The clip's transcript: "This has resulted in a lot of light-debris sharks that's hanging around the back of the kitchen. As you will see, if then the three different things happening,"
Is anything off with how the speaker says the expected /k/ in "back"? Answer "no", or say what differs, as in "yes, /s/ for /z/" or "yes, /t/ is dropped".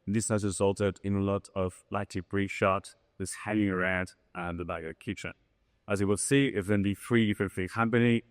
yes, /k/ is dropped